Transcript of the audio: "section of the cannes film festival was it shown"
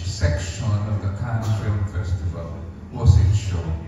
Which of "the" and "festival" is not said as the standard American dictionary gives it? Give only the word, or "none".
none